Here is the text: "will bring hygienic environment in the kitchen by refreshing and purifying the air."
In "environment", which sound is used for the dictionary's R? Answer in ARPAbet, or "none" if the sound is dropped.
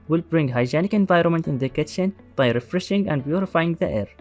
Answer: R